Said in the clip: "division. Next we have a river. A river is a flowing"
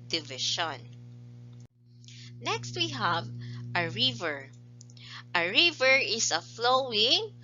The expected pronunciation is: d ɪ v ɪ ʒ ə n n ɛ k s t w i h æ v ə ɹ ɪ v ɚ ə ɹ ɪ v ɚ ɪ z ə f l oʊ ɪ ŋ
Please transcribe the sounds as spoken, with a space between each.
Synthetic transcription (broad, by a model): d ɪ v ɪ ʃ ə n n ɛ k s t w i h æ v ə ɹ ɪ v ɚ ə ɹ ɪ v ɚ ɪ s ə f l oʊ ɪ ŋ